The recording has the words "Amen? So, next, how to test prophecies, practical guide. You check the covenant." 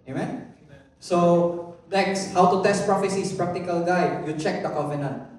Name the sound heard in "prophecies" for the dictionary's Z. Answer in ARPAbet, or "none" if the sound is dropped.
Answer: S